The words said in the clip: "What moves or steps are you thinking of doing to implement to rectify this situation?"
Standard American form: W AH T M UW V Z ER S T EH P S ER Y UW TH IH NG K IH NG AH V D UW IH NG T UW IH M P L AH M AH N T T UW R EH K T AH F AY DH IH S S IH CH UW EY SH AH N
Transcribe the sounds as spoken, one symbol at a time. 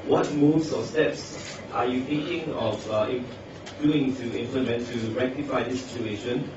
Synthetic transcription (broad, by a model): W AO T M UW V S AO S T EH P S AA Y UW T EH K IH NG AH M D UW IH NG T UW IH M P L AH M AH N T T UW R EH K T AH F AY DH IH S S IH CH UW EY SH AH N